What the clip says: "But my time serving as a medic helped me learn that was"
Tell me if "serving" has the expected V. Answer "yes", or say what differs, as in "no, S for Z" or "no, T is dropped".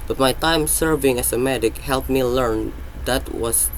yes